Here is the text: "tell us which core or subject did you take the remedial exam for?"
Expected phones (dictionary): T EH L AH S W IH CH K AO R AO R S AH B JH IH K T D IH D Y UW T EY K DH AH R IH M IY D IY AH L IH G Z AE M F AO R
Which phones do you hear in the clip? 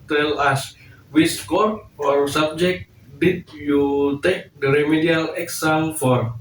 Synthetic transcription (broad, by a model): T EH L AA S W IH S K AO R AO R S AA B JH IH K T D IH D Y UW T EY K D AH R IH M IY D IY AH L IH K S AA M F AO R